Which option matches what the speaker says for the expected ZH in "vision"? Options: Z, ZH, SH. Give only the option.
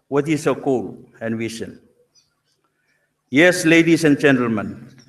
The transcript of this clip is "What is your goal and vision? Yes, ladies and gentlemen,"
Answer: SH